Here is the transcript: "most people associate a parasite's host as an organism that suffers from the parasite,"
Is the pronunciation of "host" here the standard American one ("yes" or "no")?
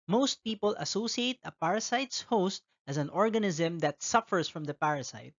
yes